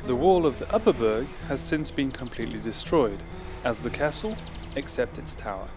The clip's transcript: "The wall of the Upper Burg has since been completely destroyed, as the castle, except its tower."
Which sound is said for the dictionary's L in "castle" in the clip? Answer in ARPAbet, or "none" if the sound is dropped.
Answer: L